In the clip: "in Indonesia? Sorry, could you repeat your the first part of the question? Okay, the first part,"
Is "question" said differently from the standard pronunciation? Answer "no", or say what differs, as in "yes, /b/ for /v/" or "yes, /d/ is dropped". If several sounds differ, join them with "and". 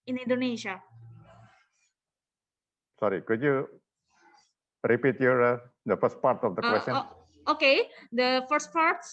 yes, /n/ is dropped